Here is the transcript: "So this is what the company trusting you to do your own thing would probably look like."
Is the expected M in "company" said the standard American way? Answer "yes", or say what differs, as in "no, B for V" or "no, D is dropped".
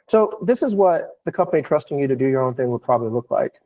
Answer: no, M is dropped